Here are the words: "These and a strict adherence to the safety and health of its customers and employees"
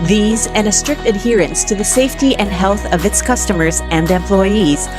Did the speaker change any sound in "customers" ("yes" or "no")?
no